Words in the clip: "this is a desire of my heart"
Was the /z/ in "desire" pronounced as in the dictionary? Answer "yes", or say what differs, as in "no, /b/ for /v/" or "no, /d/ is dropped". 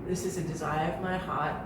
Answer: yes